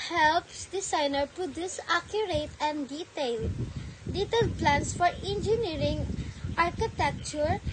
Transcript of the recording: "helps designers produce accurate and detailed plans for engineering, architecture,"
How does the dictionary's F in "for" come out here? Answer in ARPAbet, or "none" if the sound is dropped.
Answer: F